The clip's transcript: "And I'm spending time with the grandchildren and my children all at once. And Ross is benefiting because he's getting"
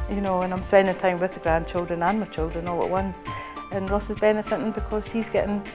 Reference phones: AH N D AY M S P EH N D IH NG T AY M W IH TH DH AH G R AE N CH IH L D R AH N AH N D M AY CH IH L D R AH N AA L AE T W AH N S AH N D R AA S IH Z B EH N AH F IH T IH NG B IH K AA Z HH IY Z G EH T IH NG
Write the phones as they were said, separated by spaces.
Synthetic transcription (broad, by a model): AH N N AY M S P EH N D IH NG T AY M W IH DH AH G R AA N CH IH L D R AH N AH N M AY CH IH L D R AH N AA L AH T W AH N S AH N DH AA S IH Z B EH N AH F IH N B IH K AA Z HH IY Z G EH T IH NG